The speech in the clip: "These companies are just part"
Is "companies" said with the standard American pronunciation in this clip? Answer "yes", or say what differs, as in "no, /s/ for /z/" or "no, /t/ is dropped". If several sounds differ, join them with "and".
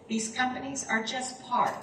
yes